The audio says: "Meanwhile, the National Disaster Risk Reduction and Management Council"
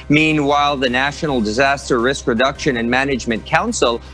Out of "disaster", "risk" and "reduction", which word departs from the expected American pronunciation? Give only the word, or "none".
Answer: none